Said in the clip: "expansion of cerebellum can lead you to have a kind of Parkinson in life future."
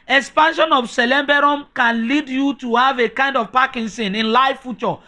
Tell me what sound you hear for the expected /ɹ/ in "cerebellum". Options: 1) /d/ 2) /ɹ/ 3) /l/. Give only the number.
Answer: 3